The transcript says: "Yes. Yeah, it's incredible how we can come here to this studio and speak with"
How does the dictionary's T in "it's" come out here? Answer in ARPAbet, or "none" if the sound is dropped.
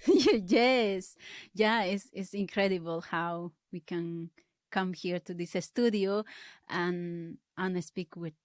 S